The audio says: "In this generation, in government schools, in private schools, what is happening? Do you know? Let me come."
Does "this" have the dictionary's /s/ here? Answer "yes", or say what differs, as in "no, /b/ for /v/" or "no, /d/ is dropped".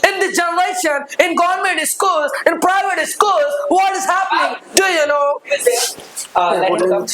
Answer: no, /s/ is dropped